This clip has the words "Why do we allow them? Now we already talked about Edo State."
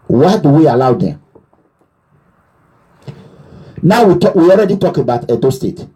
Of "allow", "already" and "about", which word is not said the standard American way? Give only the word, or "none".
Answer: none